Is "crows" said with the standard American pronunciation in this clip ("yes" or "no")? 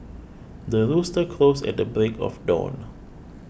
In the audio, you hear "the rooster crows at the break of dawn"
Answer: no